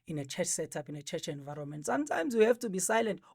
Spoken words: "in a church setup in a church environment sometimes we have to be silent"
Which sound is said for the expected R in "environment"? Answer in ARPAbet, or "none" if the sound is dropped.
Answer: R